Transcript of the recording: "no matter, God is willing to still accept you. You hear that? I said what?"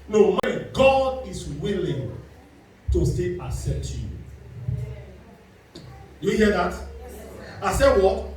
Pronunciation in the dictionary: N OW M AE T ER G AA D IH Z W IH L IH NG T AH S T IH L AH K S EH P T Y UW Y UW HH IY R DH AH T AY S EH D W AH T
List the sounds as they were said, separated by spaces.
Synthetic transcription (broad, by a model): N OW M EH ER G AA D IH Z W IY L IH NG T AH S T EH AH S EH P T Y UW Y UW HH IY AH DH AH T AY S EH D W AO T